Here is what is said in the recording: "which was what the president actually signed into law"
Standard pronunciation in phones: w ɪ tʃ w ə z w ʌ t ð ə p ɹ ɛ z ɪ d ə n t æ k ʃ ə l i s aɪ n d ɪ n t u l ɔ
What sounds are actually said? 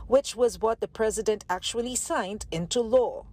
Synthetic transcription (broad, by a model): w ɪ tʃ w ə z w ʌ t ð ə p ɹ ɛ z ɪ d ə n t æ k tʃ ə l i s aɪ n d ɪ n t u l ɔ